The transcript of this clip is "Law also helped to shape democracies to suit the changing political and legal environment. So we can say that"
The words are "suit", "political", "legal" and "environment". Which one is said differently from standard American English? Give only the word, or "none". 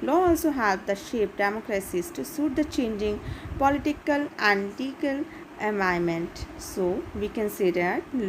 environment